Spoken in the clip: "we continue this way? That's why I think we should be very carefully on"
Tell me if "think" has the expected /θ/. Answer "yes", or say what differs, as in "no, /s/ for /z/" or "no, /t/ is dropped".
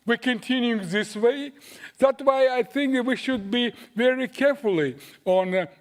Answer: yes